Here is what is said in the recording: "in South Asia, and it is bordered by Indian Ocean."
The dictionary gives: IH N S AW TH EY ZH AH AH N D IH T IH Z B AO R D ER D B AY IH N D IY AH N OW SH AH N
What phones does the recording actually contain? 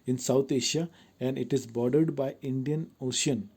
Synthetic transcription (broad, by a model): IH N S AW T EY SH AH AH N D IH T IH Z B AO R D ER D B AY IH N D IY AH N OW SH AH N